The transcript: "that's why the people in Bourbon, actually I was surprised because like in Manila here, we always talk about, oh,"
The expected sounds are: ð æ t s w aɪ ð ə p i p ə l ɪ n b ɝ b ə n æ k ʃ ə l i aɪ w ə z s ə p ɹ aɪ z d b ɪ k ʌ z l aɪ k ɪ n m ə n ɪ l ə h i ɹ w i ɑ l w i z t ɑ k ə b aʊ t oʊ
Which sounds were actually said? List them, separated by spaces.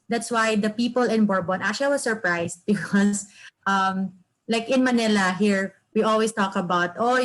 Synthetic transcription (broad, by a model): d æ t s w aɪ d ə p i p ə l ɪ n b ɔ b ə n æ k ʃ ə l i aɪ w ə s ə p ɹ aɪ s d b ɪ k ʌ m l aɪ k ɪ n m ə n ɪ l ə h i ɹ w i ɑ l w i s t ɑ k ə b aʊ t oʊ